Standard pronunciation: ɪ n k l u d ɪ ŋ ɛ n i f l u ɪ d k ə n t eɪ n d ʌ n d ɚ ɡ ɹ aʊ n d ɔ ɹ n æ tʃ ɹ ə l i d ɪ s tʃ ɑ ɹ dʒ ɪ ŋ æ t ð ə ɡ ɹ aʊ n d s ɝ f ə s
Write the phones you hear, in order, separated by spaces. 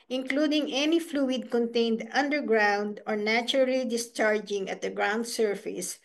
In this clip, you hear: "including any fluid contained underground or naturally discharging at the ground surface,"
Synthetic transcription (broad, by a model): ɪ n k l u d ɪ ŋ ɛ n i f l u ɪ d k ə n t eɪ n d ʌ n d ɚ ɡ ɹ aʊ n d ɔ ɹ n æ tʃ ɹ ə l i d ɪ s tʃ ɑ ɹ dʒ ɪ ŋ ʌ t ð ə ɡ ɹ aʊ n d s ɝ f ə s